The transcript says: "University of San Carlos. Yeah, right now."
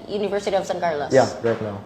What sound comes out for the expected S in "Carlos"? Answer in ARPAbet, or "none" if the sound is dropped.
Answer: none